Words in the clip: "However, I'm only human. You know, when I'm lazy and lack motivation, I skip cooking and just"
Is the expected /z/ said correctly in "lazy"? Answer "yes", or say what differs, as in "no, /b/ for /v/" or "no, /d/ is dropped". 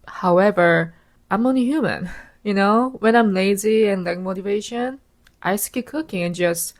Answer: yes